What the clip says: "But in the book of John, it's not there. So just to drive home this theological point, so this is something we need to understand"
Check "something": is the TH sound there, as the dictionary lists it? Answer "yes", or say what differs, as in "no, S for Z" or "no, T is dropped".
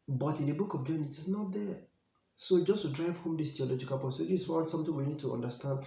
no, T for TH